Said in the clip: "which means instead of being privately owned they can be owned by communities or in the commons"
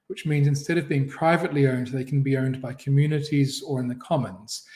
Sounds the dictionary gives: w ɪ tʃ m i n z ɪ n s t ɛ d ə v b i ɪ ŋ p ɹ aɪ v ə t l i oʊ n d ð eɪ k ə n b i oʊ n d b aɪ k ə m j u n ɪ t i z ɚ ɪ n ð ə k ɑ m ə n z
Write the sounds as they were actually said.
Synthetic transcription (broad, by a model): w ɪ tʃ m i n z ɪ n s t ɛ d ə v b i ɪ ŋ p ɹ aɪ v ə t l i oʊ n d ð eɪ k n b i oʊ n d b aɪ k ə m j u n ɪ t i z ɚ ɪ n ð ə k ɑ m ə n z